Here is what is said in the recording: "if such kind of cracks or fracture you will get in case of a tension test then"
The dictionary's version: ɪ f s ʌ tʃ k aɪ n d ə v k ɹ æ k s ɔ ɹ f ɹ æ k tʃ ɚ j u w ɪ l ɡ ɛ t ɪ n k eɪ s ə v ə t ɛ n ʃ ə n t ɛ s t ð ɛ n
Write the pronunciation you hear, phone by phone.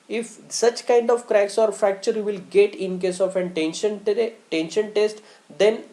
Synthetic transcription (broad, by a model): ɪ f s ʌ tʃ k aɪ n d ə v k ɹ æ k s ɔ ɹ f æ k tʃ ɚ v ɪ l ɡ ɛ t ɪ n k eɪ s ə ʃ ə t ɛ n ʃ ə n t ɛ s t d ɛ n